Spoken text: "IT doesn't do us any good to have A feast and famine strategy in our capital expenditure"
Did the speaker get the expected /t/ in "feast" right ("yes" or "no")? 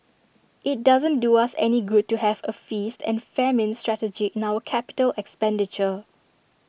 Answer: yes